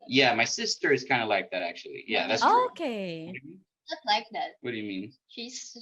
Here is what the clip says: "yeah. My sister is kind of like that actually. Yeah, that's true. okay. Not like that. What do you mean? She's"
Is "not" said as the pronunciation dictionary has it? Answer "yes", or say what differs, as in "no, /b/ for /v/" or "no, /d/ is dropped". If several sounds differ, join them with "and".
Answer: no, /l/ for /n/